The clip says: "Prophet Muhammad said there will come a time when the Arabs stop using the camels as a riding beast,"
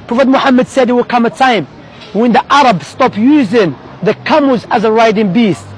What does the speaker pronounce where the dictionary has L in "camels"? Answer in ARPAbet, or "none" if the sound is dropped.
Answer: none